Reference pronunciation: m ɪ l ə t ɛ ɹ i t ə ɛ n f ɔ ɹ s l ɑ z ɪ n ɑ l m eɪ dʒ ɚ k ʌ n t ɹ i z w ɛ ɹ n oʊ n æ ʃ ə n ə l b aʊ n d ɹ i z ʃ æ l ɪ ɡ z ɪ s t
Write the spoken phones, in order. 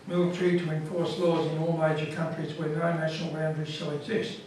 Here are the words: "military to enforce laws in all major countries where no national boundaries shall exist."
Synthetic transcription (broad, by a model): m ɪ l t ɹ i t ə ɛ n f ɔ ɹ s l ɑ z ɪ n ɑ l m eɪ dʒ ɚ k ʌ n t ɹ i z w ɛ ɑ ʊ n æ ʃ ə n ə l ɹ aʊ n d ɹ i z ʃ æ l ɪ ɡ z ɪ s t